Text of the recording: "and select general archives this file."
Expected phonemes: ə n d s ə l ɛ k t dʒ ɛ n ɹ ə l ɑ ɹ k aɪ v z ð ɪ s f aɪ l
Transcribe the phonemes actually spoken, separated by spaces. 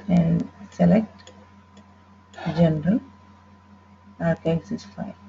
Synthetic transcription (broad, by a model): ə n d s ə l ɛ k t dʒ ɛ n ɹ ə l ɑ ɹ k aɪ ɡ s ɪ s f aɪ